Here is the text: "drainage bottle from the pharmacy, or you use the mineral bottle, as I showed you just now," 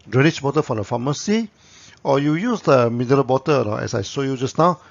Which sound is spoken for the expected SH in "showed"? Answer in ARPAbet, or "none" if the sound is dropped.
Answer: S